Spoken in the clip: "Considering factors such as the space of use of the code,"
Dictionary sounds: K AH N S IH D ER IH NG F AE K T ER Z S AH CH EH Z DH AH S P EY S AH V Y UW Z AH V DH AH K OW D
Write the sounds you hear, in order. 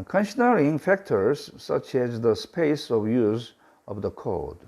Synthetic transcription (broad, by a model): K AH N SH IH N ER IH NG F AE K T ER Z S AH CH EH Z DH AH S P EY S AH V Y UW Z AH V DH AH K OW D